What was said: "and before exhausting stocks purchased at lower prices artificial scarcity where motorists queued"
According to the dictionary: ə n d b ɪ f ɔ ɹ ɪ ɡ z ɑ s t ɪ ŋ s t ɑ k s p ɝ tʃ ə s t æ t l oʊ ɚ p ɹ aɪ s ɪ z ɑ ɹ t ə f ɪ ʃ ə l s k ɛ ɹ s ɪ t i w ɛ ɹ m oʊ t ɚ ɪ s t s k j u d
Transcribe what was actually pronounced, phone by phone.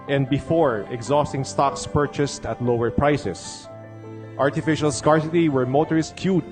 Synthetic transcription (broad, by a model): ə n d b ɪ f ɔ ɹ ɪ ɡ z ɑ s t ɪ ŋ s t ɑ k s p ɝ tʃ ə s t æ t l oʊ ɚ p ɹ aɪ s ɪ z ɑ ɹ t ə f ɪ ʃ ə l s k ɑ ɹ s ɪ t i w ɛ ɹ m oʊ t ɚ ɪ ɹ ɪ s k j u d